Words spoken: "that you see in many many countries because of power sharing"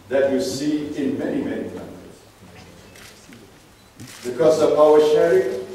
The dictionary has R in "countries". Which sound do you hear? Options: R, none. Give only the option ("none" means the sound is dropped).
none